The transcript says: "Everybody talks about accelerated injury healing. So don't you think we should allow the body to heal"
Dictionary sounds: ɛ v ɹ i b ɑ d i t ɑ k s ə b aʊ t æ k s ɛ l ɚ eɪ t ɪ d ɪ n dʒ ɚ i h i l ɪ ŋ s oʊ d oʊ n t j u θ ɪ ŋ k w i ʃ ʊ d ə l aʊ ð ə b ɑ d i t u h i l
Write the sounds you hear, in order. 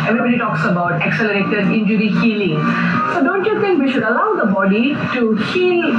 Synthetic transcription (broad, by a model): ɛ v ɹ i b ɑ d i t ɑ k s ə b aʊ t æ k s ɛ l ɚ eɪ t ɪ d ɪ n dʒ ɚ i h i l ɪ ŋ s oʊ d oʊ n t j u t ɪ ŋ k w i ʃ ʊ d ə l aʊ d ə b ɑ d i t u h i l